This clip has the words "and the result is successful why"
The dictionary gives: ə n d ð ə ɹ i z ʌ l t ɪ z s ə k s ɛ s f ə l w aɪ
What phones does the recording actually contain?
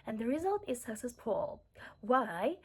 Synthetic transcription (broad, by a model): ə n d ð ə ɹ i z ʌ l t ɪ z s ə k s ɛ s f ə l w aɪ